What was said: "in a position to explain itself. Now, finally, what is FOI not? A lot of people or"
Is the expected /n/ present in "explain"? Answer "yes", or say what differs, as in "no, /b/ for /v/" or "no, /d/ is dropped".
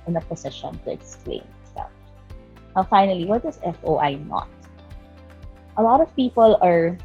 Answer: no, /n/ is dropped